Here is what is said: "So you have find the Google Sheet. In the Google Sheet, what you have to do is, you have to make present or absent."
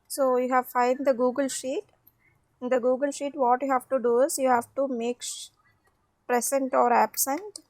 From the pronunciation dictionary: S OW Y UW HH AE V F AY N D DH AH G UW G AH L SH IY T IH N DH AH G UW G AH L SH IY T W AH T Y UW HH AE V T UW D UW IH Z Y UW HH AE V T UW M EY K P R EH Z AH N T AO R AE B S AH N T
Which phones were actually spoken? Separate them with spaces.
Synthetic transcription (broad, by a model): S OW Y UW HH AE V F AY N D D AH G UW G AH L SH IY T IH N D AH G UW G AH L SH IY T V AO T Y UW HH AE V T UW D UW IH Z Y UW HH AE V T UW M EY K P R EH S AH N T AO R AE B S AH N T